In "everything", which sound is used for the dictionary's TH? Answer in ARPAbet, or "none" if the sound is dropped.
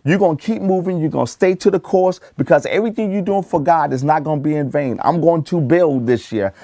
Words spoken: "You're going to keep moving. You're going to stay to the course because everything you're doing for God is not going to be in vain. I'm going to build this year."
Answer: TH